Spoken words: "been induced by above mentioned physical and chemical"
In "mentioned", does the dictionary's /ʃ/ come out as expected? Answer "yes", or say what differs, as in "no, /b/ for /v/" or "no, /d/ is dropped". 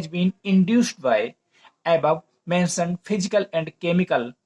no, /s/ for /ʃ/